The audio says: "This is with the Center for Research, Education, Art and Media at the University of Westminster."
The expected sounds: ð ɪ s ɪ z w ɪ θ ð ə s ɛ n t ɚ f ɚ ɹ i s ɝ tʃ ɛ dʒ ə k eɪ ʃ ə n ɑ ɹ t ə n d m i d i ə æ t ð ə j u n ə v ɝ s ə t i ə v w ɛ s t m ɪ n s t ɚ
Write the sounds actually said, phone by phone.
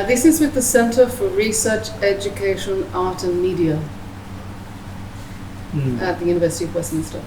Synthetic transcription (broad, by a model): ð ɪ s ɪ z w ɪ ð ə s ɛ n t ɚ f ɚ ɹ i s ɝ tʃ ɛ dʒ ə k eɪ ʃ ə n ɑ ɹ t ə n m i d i ə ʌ t ð ə j u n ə v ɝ s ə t i ə v w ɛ s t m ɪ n s t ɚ